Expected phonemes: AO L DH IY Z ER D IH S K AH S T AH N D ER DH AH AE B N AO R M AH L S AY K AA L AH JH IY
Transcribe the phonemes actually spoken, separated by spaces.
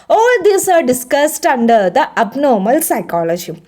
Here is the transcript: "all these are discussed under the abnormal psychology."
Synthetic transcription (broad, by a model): AO L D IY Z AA D IH S K AH S T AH N D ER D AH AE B N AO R M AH L S AY K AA L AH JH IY